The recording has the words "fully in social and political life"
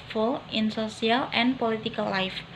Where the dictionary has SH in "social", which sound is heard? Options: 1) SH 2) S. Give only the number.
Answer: 2